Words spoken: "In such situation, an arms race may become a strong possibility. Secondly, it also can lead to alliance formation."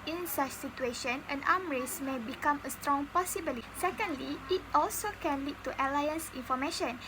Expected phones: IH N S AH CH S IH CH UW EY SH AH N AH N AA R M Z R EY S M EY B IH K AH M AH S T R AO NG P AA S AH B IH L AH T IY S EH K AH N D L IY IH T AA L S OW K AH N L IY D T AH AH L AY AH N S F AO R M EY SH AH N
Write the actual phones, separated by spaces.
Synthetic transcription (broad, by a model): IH N S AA CH S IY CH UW EY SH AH N AH N AA M R EY S M EY B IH K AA M AH S T R AO NG P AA S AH B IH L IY S EH K AH N D L IY IH T AA L S OW K AH N L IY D T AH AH L AY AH N S F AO M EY SH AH N